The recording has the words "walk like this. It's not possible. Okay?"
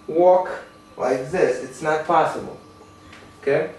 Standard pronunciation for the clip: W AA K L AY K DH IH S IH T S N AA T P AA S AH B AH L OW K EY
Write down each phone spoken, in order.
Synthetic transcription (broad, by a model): W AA K W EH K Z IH S IH T S N AA T P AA S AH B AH L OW K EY